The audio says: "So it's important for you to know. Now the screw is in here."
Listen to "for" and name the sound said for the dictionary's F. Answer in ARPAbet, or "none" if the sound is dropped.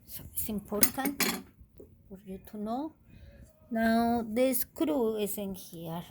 P